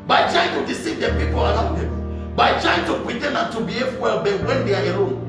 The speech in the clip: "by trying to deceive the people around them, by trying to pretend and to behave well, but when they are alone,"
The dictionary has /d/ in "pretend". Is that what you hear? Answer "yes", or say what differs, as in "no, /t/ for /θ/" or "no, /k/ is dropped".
no, /d/ is dropped